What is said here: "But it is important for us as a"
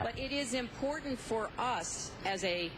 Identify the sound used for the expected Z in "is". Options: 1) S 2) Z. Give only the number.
2